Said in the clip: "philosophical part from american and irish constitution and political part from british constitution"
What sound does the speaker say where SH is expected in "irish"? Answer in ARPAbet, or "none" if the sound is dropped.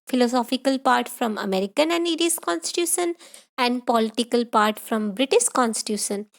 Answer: S